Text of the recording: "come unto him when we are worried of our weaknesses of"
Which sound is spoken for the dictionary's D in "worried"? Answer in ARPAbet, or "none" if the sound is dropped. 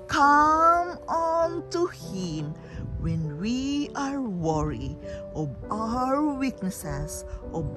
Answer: none